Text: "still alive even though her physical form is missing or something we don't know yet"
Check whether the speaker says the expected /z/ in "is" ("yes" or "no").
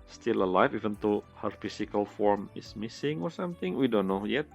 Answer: no